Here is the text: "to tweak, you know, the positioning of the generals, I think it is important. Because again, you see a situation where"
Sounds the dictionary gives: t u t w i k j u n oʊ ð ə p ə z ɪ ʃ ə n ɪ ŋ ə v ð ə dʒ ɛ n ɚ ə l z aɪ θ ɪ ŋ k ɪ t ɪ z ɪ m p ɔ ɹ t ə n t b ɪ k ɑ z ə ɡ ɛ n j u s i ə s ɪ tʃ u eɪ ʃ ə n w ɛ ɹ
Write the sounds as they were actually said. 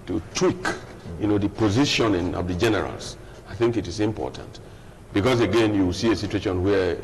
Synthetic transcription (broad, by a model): t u t w i k j u n oʊ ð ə p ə z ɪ ʃ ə n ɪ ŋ ə v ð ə dʒ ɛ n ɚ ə l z aɪ θ ɪ ŋ k ɪ t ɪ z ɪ m p ɔ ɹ t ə n t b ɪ k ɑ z ə ɡ ɛ n j u s i ə s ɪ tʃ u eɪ ʃ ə n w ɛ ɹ